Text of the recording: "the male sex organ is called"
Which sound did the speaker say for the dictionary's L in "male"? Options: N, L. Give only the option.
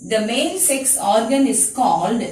N